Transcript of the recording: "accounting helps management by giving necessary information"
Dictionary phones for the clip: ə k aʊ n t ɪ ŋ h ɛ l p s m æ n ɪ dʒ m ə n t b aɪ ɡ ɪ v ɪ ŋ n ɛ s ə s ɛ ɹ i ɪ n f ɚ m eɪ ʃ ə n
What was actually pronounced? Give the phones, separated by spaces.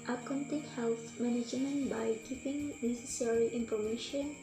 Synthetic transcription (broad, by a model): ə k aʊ n t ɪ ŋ h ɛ l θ m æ n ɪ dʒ m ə n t b aɪ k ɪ p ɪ ŋ n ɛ s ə s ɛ ɹ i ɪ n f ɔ m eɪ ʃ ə n